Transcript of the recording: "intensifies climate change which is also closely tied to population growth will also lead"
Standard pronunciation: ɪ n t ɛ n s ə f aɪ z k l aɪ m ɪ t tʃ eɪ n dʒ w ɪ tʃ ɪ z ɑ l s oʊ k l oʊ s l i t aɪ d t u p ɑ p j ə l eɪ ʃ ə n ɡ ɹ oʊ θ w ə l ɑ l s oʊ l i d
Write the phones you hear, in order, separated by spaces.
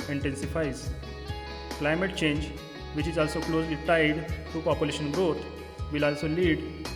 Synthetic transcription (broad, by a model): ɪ n t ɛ n s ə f aɪ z k l aɪ m ɪ t tʃ eɪ n dʒ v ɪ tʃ ɪ z ɑ l s oʊ k l oʊ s l i t aɪ d t u p ɑ p j ə l eɪ ʃ ə n ɡ ɹ oʊ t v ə l ɑ l s oʊ l i d